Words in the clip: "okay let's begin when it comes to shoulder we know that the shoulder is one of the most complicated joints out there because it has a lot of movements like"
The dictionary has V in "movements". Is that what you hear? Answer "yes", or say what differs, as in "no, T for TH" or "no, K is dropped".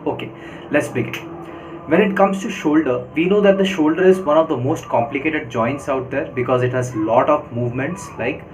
yes